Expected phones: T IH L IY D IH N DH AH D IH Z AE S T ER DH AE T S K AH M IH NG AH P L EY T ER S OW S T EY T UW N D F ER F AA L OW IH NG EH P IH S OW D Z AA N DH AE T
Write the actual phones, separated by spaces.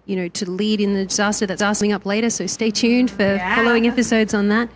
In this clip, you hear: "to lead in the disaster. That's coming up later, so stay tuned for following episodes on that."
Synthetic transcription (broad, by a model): T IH L IY D IH N DH AH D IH Z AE S T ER DH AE T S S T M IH NG AH P L EY T ER S OW S T EY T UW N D F ER F AA L OW IH NG EH P IH S OW D Z N DH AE T